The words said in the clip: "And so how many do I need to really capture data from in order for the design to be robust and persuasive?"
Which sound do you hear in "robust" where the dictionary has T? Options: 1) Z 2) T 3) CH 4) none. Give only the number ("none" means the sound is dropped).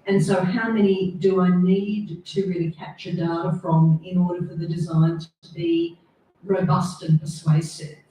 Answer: 2